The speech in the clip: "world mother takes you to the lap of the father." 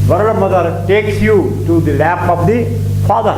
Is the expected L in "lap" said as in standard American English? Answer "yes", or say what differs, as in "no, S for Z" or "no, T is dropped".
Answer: yes